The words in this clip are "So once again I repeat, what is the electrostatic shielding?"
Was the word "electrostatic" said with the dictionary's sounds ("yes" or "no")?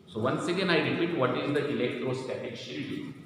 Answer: yes